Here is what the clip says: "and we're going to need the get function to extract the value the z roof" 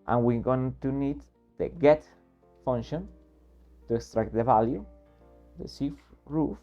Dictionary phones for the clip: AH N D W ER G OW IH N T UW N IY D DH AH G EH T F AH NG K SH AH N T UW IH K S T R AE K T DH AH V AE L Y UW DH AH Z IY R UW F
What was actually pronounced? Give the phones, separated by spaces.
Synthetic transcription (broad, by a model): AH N W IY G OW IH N T UW N IY D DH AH G EH T F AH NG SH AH N T UW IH K S T R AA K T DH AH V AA L Y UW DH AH S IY R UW F